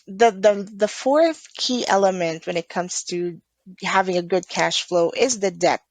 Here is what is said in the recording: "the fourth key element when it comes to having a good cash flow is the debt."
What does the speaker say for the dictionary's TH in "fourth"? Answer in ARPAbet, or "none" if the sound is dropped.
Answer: TH